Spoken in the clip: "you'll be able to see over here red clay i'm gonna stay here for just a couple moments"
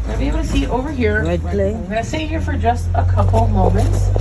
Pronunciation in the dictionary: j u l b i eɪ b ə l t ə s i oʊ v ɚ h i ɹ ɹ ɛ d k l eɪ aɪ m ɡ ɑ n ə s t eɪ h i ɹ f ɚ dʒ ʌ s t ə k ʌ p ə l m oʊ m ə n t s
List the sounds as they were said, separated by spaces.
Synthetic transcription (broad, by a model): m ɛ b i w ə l s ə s oʊ v ɚ h i ɹ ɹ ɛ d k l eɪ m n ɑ ə s t eɪ h i ɹ f ɚ dʒ ʌ s t ə k ʌ p l m oʊ m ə n t s